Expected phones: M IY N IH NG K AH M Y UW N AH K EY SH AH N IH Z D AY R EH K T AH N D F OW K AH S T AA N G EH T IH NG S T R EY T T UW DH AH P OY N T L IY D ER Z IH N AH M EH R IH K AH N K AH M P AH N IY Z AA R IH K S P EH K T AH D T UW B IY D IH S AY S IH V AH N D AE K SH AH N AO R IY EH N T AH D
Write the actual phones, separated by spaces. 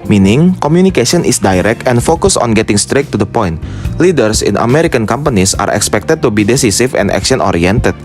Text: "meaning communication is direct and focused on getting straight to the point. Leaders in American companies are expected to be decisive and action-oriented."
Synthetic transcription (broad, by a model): M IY N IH NG K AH M Y UW N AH K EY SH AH N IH S D AY R EH K T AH N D F OW K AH S AA N G EH T IH NG S T R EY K T UW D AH P OY N T L IY D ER S IH N AH M EH R IH K AH N K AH M P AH N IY S AA R IH K S P EH K T AH D T UW B IY D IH S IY S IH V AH N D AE K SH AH N AO R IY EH N T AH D